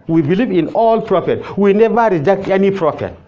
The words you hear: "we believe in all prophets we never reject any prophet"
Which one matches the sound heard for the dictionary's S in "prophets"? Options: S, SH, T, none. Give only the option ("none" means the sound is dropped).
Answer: none